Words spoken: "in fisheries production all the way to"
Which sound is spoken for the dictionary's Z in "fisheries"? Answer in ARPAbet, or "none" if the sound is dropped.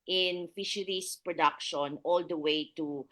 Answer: S